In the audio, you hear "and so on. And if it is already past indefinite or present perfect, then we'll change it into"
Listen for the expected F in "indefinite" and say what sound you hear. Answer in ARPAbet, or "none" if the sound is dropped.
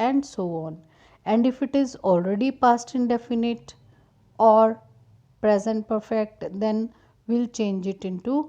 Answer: F